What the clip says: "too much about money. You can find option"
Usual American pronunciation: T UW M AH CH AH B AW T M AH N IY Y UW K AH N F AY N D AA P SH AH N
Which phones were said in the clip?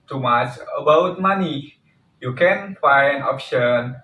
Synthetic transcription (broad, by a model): T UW M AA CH AH B AW T M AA N IY Y UW K AH N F AY N AA P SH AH N